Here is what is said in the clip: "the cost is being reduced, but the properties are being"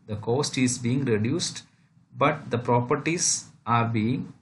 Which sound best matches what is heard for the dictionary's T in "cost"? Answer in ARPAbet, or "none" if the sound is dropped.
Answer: T